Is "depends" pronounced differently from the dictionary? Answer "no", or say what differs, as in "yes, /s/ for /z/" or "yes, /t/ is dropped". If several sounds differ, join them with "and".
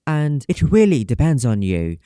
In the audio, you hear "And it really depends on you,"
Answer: no